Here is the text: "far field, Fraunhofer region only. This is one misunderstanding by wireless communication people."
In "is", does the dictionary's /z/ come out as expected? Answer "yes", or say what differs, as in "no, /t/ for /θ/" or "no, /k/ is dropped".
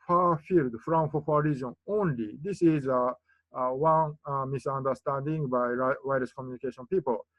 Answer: yes